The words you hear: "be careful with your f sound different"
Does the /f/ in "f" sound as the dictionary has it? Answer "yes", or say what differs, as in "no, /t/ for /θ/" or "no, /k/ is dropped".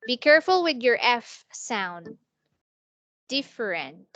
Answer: yes